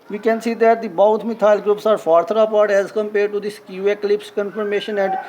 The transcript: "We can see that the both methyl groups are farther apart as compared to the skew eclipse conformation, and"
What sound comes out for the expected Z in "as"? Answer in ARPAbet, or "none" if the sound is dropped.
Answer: Z